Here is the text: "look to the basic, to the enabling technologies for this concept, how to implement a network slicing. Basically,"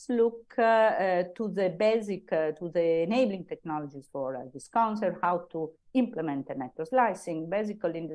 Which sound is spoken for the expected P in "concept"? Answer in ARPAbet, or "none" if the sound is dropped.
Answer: none